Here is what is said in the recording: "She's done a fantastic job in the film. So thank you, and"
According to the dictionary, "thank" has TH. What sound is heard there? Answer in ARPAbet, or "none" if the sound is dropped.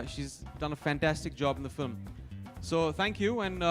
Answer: TH